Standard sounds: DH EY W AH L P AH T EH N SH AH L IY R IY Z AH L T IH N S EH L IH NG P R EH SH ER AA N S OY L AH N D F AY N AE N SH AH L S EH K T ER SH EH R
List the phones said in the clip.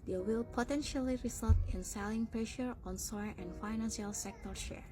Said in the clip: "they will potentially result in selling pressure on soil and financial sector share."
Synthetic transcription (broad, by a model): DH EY W AH L P AH T EH N SH AH L IY R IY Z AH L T IH N S EH L IH NG P R EH SH ER AA N S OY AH N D F AY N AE N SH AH L S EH K T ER SH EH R